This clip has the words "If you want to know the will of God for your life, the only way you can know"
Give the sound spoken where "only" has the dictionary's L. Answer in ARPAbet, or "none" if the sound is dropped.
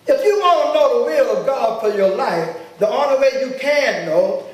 none